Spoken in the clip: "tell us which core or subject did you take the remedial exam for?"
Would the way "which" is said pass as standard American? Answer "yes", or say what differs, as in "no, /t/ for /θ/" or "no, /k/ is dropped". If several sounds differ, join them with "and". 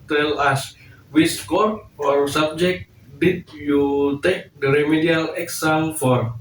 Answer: no, /s/ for /tʃ/